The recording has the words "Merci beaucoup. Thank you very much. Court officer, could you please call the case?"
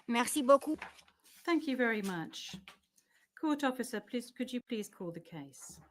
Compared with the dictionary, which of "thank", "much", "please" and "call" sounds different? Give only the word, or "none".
none